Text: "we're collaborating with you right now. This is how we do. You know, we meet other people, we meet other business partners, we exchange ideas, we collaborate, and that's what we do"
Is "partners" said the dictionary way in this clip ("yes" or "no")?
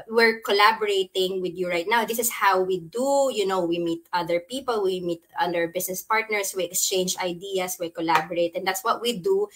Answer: no